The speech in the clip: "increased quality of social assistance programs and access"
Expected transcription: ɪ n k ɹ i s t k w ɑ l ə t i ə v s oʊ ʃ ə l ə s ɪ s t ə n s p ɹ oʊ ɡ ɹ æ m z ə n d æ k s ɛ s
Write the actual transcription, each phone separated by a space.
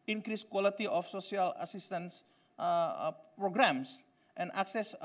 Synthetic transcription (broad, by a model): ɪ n k ɹ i s k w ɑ l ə t i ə f s oʊ s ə l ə s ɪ s t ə n s p ɹ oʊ ɡ ɹ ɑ m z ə n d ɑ k s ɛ s